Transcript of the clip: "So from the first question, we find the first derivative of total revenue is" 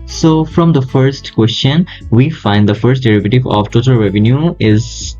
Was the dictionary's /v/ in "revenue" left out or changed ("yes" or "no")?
no